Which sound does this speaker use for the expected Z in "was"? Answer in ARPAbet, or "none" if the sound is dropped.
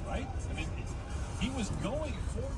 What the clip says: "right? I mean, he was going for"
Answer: Z